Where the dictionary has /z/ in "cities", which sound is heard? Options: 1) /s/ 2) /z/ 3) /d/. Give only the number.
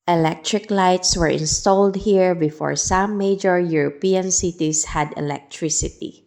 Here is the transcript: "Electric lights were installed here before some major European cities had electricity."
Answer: 1